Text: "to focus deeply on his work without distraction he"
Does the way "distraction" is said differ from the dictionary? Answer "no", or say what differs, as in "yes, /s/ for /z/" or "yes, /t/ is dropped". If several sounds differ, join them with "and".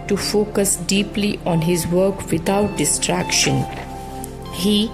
no